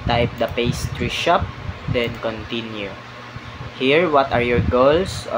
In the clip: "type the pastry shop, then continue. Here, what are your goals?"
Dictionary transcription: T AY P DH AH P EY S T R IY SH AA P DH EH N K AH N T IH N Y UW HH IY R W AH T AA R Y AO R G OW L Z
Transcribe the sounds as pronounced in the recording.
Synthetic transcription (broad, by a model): T AY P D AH P EY S T R IY SH AA P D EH N K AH N T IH N Y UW HH IY R W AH T AA R Y AO R G OW L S